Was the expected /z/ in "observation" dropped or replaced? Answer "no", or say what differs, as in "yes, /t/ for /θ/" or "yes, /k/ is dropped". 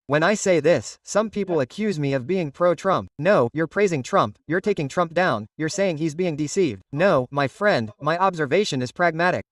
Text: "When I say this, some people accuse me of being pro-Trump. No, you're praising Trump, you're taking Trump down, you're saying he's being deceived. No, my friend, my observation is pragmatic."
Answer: no